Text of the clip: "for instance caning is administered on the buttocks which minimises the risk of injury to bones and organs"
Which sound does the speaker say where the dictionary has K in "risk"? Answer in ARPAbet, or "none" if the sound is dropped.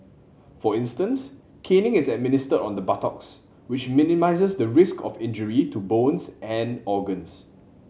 K